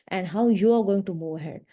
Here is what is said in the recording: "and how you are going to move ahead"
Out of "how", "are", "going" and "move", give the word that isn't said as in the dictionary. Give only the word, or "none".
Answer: move